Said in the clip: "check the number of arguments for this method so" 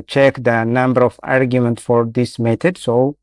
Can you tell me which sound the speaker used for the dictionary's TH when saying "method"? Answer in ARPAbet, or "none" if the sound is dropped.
T